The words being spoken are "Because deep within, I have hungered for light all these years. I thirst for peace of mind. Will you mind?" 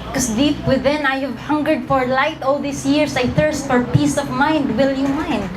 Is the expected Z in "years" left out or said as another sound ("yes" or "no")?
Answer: yes